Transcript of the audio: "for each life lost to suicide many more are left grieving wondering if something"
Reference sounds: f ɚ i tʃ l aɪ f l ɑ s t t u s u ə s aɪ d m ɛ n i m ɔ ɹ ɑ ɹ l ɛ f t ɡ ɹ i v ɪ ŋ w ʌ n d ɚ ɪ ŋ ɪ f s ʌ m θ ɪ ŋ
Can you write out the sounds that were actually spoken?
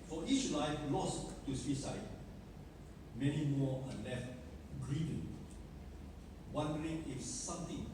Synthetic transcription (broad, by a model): f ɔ i tʃ l aɪ f l ɑ s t t u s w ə s aɪ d m ɛ n i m ɔ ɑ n l ɛ f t ɡ ɹ i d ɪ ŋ w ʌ n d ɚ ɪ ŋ ɪ f s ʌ m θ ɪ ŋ